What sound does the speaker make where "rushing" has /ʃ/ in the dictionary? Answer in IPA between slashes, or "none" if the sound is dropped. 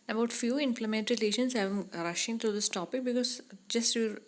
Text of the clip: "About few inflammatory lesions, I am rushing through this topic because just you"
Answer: /ʃ/